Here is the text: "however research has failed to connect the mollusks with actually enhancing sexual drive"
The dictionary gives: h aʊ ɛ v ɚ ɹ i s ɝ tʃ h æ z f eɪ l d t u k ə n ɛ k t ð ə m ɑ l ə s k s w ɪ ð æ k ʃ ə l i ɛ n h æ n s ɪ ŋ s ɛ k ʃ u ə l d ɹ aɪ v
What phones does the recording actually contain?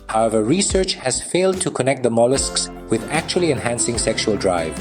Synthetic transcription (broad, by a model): h aʊ ɛ v ɚ ɹ i s ɝ tʃ h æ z f eɪ l d t u k ə n ɛ k t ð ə m ɑ l ə s k s w ɪ ð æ k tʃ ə l i ɛ n h æ n s ɪ ŋ s ɛ k ʃ u ə l d ɹ aɪ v